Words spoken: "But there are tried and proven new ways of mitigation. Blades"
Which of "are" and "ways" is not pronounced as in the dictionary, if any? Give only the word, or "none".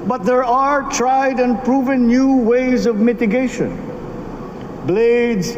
none